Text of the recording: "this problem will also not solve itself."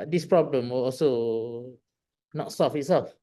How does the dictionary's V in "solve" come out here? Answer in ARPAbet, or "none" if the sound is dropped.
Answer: F